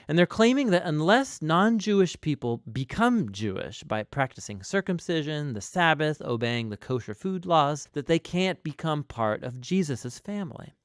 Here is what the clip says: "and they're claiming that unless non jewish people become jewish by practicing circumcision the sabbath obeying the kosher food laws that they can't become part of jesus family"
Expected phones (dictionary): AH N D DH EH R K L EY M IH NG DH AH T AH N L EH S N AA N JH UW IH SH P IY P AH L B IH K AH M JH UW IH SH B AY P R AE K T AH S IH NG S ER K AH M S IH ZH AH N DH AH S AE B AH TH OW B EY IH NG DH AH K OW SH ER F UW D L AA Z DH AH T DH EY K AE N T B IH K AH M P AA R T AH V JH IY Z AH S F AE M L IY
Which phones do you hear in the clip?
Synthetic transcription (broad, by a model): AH N DH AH R K L EY M IH NG DH AH T AH N L EH S N AA N JH UW IH SH P IY P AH L B IH K AH M JH UW IH SH B AY P R AE K T AH S IH NG S ER K AH M S IH ZH AH N DH AH S AE B AH TH OW B EY IH NG DH AH K OW SH ER F UW D L AA Z DH AH T DH EY K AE N B IH K AH M P AA R T AH V JH IY Z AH S F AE M L IY